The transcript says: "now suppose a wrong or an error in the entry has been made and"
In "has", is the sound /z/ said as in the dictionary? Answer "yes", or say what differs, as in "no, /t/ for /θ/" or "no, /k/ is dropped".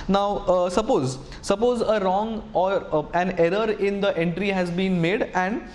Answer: yes